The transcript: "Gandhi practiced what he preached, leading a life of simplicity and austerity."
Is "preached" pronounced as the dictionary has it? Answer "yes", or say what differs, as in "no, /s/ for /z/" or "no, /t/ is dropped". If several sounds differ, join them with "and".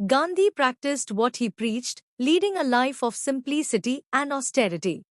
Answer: yes